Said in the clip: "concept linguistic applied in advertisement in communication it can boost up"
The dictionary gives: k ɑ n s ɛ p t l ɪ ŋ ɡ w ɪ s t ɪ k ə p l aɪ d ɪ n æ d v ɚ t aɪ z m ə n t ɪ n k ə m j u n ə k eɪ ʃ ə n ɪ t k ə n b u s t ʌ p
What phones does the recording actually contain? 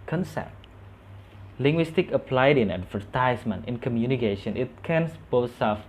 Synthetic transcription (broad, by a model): k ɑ n s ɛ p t l ɪ ŋ ɡ w ɪ s t ɪ k ə p l aɪ d ɪ n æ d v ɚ t aɪ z m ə n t ɪ n k ə m j u n ə k eɪ ʃ ə n ɪ t k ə n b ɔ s ʌ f